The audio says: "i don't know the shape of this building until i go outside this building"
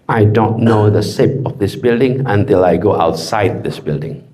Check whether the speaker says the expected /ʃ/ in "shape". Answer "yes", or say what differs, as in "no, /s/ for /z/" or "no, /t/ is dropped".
no, /s/ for /ʃ/